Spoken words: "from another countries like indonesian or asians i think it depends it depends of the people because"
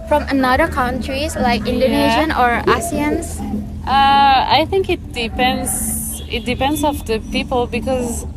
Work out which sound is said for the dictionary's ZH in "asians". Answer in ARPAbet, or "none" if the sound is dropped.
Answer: S